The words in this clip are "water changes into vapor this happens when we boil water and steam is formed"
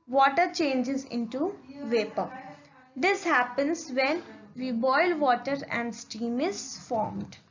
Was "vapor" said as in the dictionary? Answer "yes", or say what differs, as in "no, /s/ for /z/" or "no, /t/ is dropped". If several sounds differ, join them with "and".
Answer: yes